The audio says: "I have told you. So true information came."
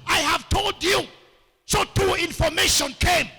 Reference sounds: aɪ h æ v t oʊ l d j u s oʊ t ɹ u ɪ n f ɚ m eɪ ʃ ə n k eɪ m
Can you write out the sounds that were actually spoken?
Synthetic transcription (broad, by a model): aɪ h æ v t oʊ l d j u s oʊ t u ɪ n f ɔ m eɪ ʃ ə n k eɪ m